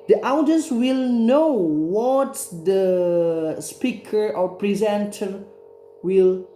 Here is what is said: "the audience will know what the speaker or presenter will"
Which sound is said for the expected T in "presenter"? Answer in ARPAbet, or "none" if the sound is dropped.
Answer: T